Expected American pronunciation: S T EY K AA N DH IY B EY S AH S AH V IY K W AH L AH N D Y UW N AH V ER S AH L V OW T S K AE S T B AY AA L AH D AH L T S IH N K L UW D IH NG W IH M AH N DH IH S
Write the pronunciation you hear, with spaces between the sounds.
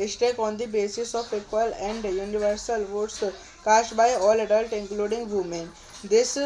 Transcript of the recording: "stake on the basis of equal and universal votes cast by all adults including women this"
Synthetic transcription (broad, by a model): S T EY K AA N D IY B EY S AH S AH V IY K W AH L AH N D Y UW N AH V ER S AH L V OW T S K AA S T B AY AA L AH D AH L T IH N K L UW D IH NG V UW M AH N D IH S